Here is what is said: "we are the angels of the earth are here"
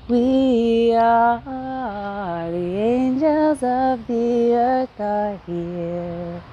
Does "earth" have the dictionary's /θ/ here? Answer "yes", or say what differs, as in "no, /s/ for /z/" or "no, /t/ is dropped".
no, /t/ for /θ/